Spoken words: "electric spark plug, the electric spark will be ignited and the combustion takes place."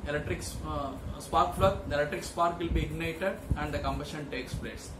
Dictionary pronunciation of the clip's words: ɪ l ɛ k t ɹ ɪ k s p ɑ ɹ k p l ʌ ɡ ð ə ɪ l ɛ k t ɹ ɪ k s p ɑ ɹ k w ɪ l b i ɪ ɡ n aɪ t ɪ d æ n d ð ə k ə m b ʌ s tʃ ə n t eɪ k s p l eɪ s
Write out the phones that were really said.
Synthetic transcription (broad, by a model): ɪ l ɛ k t ɹ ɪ k s p ɑ ɹ k f l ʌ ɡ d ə ɪ l ɛ k t ɹ ɪ k s p ɑ ɹ k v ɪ l b i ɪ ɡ n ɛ t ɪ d æ n d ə k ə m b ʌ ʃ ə n t eɪ k s p l eɪ s